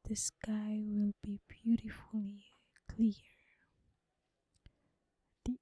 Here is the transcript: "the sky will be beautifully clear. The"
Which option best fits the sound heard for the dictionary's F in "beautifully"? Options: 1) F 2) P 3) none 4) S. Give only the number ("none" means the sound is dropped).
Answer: 1